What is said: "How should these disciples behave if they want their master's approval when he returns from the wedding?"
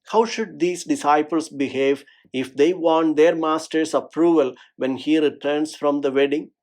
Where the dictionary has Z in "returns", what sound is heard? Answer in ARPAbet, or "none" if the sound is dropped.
S